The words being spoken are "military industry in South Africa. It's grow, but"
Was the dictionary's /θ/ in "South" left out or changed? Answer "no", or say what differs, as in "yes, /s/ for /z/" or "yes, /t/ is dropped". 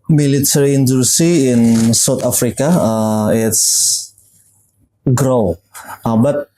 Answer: yes, /t/ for /θ/